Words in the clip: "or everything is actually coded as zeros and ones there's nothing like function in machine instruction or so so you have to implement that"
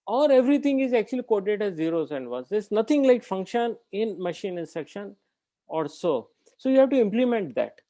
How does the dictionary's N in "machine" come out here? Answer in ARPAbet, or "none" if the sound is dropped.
N